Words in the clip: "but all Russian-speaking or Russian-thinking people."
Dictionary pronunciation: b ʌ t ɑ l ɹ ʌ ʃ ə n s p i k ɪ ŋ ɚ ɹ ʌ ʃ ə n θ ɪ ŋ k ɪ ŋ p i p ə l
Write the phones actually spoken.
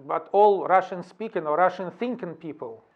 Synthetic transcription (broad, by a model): b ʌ t ɑ l ɹ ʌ ʃ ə n s p i k ɪ ŋ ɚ ɹ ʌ ʃ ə n θ ɪ ŋ k ɪ ŋ p i p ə l